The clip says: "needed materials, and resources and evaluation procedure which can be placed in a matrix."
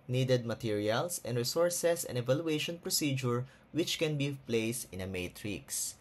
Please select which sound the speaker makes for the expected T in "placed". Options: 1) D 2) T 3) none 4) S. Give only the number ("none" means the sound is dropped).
2